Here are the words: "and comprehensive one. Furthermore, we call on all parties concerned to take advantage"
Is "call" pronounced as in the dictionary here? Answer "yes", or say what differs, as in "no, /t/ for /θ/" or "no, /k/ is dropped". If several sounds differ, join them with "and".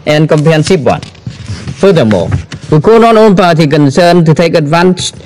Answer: no, /n/ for /l/